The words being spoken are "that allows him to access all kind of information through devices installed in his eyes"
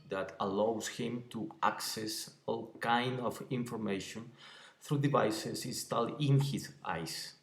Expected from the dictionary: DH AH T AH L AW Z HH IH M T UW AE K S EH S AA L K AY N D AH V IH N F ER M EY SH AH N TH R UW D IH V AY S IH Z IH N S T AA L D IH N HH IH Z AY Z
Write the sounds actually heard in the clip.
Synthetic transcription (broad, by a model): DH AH T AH L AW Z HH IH M T UW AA K S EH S AA L K AY N D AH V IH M F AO M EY SH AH N TH R UW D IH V AY S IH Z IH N S T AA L IH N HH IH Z AY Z